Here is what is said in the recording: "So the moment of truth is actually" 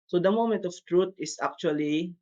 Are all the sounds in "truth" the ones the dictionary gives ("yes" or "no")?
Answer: no